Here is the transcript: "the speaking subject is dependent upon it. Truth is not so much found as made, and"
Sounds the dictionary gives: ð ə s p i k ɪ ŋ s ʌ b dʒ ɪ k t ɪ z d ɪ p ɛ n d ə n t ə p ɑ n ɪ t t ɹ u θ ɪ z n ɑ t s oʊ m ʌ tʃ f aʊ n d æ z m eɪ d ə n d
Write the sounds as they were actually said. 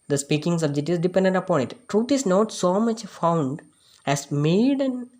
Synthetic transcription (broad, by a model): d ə s p i k ɪ ŋ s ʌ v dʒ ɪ t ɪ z d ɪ p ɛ n d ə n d ə p ɑ n ɪ t t ɹ u t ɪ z n ɑ t s oʊ m ʌ tʃ f aʊ n d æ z m eɪ d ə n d